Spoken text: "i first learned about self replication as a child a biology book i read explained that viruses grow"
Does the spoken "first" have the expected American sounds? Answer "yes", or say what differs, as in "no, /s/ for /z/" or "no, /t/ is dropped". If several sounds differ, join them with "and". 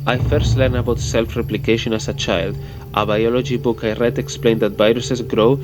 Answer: yes